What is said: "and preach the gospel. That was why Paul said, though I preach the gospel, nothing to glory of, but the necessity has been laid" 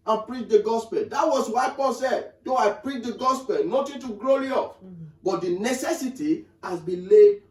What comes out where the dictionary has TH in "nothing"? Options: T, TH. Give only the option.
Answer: T